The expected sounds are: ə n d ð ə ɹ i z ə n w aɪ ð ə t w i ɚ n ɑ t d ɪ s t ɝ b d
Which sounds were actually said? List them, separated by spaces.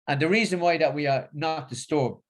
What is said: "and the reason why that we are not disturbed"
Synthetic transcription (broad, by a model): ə n ð ə ɹ i z ə n w aɪ ð ə t w i ɚ n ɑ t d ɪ s t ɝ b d